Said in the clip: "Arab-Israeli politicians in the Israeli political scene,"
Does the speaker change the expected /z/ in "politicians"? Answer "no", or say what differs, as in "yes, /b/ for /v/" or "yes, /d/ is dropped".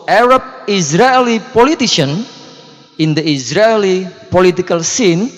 yes, /z/ is dropped